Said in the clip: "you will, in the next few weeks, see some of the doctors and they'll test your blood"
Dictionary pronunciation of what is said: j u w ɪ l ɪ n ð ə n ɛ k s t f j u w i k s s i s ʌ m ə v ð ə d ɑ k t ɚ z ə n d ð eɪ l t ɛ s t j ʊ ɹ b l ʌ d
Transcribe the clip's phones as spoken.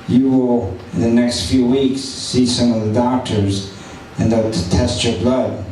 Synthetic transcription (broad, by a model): j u w ɪ l ɪ n ð ə n ɛ k s t f j u w i k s s i s ʌ m ə v ð ə d ɑ k t ɚ z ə n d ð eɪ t t ɛ s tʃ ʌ ɹ b l ʌ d